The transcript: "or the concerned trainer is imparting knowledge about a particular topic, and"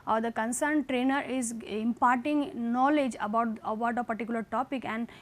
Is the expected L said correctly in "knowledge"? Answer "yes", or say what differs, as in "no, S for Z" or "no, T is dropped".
yes